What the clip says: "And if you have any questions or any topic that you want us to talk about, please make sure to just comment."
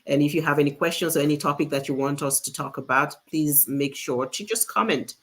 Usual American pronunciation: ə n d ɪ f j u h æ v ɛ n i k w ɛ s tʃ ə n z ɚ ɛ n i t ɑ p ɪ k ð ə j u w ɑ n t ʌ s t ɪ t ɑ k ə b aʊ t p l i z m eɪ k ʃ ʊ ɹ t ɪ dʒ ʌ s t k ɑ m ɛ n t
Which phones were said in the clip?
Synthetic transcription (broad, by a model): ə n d ɪ f j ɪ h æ v ɛ n i k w ɛ s tʃ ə n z ɚ ɛ n i t ɑ p ɪ k ð ə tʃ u w ɑ n t ʌ s t ɪ t ɑ k ə b aʊ t p l i z m eɪ k ʃ ʊ ɹ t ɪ dʒ ʌ s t k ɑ m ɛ n t